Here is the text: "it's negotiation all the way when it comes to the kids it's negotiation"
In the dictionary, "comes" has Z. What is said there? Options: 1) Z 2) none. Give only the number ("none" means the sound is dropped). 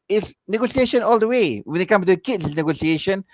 2